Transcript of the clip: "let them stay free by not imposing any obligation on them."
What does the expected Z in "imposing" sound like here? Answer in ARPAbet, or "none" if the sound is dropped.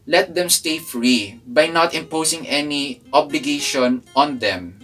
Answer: S